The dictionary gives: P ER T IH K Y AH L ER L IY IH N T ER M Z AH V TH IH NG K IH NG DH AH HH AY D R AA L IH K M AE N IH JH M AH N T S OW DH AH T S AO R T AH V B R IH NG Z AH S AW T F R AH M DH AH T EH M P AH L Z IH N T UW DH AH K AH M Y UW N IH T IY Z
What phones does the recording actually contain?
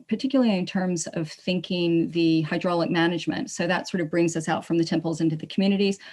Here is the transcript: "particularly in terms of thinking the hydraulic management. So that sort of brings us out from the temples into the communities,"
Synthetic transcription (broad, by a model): P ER T IH K Y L L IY IH N T ER M Z AH V TH IH NG K IH NG DH AH HH AY D R AA L IH K M AE N IH JH M AH N T S OW DH AH T S AO R T AH V B R IH NG Z AH S AW T F R AH M DH AH T EH M P L Z IH N T UW DH AH K M Y UW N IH T IY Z